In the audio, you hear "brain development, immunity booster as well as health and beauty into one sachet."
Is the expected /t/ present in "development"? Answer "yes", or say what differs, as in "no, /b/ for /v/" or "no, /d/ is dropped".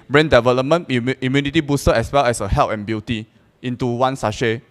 no, /t/ is dropped